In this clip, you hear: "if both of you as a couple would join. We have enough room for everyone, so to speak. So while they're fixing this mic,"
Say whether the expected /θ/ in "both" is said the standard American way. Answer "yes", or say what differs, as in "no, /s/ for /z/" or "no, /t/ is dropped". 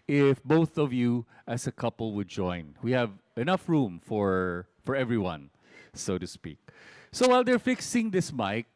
yes